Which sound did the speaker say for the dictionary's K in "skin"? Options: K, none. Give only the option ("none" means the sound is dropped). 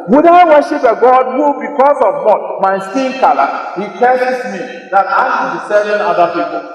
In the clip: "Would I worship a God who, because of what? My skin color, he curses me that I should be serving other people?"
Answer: none